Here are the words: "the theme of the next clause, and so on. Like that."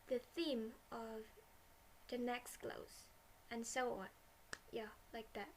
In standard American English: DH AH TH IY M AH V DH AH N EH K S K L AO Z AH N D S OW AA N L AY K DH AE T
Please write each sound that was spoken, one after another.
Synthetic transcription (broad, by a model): DH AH TH IY M AH V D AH N EH K S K L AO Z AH N S OW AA N L AY K DH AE T